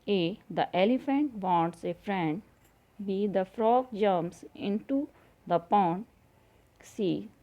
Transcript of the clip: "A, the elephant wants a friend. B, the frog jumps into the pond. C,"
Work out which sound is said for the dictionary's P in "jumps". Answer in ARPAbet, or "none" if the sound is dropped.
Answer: none